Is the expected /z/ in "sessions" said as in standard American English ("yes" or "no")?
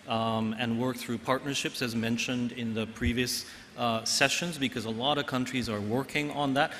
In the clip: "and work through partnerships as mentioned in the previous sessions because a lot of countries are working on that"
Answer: yes